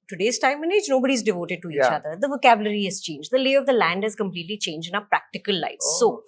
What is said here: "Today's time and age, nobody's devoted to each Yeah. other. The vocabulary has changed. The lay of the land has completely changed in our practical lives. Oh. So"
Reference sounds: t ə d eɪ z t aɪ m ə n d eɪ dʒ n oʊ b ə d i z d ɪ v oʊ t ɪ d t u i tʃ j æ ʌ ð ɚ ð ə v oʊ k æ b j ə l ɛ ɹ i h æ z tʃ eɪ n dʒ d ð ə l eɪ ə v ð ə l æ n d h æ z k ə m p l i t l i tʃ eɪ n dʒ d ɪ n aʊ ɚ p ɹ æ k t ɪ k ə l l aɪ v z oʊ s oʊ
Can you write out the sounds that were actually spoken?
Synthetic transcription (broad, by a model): t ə d eɪ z t aɪ m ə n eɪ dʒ n oʊ b ə d i z d ɪ v oʊ t ɪ d t u i tʃ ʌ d ɚ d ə v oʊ k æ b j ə l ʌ ɹ i h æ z tʃ eɪ n dʒ d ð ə l eɪ ə v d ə l æ n d h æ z k ə m p l i t l i tʃ eɪ n dʒ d ɪ n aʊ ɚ p ɹ æ k t ɪ k ə l l aɪ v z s oʊ